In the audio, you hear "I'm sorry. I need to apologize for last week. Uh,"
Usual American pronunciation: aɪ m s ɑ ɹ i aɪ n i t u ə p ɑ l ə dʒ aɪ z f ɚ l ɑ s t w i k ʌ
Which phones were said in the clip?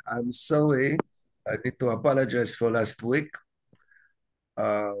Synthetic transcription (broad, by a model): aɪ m s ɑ w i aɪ n i t u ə p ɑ l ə dʒ aɪ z f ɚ l ɑ s t w i k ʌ